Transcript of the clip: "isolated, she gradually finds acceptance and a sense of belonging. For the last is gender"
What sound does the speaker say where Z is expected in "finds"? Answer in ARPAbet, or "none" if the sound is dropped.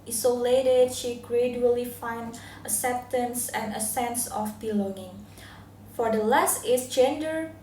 none